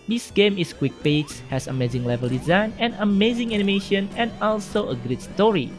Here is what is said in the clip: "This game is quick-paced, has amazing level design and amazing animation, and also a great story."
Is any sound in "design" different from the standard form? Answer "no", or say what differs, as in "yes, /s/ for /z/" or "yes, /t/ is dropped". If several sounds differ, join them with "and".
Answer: no